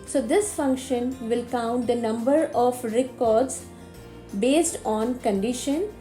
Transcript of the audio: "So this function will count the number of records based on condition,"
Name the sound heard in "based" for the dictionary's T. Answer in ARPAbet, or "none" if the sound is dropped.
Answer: T